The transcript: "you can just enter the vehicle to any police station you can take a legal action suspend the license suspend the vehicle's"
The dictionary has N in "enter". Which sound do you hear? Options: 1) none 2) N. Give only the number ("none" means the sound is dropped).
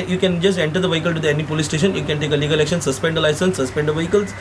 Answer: 2